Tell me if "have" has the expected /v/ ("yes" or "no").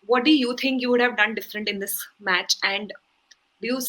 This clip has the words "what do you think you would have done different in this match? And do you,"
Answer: yes